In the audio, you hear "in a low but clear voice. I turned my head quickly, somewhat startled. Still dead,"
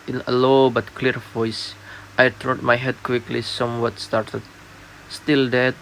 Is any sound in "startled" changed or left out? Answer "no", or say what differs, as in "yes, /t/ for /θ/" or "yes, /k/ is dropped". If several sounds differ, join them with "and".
yes, /l/ is dropped